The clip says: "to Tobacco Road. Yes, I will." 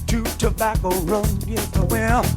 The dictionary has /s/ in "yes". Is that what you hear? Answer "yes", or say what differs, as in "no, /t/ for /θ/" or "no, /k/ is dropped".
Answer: no, /s/ is dropped